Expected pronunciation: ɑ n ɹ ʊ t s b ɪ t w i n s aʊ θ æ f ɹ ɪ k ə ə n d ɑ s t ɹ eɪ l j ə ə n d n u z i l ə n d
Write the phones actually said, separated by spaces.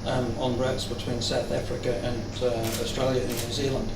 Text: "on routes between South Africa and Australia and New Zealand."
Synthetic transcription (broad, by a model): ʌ n ɹ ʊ t s b ɪ t w i n s aʊ θ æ f ɹ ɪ k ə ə n ɑ s t ɹ eɪ l j ə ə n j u z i l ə n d